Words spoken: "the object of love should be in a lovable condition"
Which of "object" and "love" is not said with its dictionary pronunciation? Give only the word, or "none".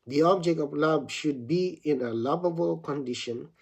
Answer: love